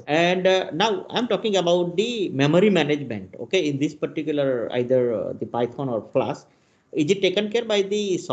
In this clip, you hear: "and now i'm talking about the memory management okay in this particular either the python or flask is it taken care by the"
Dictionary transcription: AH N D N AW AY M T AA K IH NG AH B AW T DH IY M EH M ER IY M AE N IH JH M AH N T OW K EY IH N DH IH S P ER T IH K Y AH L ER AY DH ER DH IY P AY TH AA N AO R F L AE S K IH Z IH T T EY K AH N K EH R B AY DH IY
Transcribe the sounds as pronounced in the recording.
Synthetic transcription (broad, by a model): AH N D N AW AY M T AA K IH NG AH B AW T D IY M EH M ER IY M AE N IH JH M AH N T OW K EY IH N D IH S P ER T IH K Y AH L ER AY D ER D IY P AY F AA N AO R P L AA S IH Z IH T T EY K AH N K EH R B AY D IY